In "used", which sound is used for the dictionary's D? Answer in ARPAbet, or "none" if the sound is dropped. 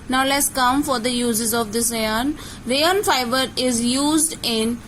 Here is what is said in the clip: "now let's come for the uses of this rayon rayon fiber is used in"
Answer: D